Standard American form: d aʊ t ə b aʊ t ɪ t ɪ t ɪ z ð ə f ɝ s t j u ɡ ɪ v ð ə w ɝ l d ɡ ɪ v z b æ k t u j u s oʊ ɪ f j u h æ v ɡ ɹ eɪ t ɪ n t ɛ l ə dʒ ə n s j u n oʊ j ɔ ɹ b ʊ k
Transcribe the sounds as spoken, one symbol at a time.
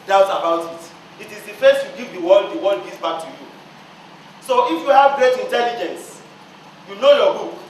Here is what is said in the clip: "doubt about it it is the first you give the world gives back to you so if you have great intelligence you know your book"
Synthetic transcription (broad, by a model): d aʊ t ə b aʊ t ɪ t ɪ t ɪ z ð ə f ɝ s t j u ɡ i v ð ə w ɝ w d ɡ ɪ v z b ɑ k t u j u s oʊ ɪ f j u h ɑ v ɡ ɹ eɪ t ɪ n t ɛ l ə dʒ ə n s j u n oʊ j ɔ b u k